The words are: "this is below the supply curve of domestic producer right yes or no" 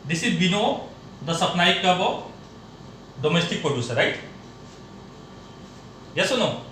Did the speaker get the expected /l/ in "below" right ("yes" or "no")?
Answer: no